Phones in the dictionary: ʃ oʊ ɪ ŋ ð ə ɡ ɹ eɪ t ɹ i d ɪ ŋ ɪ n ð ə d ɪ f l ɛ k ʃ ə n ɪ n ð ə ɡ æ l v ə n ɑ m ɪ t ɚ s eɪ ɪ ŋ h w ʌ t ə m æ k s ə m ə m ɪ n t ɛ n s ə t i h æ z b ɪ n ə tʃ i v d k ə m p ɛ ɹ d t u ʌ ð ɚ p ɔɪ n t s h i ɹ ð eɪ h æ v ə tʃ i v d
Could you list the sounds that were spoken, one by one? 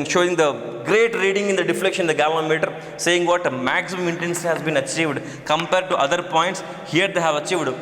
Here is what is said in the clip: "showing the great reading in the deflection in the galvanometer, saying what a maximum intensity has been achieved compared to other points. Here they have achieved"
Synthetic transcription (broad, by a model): ʃ oʊ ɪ ŋ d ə ɡ ɹ eɪ t ɹ i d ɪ ŋ ɪ n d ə d ɪ f l ɛ k ʃ ə n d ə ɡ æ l ə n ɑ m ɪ t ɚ s eɪ ɪ ŋ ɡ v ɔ t m æ k s ə m ə m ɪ n t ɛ n s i h æ z b ɪ n ə tʃ i v d k ə m p ɛ ɹ d t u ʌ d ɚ p ɔɪ n t s h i ɹ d eɪ h æ v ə tʃ i v d